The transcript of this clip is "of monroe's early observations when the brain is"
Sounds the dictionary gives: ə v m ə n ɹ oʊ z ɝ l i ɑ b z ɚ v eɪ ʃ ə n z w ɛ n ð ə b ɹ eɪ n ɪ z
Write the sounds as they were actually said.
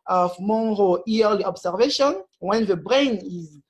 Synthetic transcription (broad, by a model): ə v m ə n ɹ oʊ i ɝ l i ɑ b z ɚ v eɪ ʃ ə n w ɛ n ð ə b ɹ eɪ n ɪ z